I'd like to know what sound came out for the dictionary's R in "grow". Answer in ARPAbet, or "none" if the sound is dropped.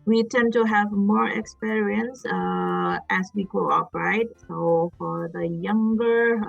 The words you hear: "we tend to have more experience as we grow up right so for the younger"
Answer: L